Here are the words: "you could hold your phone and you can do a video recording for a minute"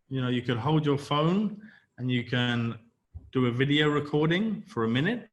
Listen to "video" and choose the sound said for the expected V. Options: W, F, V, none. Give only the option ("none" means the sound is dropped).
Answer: V